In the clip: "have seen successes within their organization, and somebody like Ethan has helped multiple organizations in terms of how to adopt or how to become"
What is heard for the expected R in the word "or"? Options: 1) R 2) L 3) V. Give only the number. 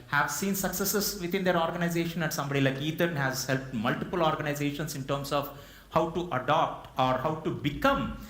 1